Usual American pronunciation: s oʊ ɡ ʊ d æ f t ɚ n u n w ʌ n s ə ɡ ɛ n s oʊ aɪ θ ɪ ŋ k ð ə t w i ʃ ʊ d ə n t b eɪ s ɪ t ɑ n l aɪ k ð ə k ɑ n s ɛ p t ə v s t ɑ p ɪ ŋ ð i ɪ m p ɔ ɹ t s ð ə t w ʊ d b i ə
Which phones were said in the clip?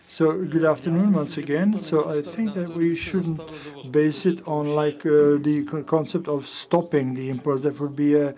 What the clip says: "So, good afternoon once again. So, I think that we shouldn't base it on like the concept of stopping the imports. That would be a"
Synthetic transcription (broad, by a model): s oʊ ɡ ʊ d æ f t ɚ n u n w ʌ n s ə ɡ ɛ n s oʊ aɪ θ ɪ ŋ k ð ə t w i ʃ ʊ d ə n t b eɪ s ɪ t n l aɪ k ð ə k ɑ n s ɛ p t ə v s t ɑ p ɪ ŋ ð i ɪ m p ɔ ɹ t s ð ə t w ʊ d b i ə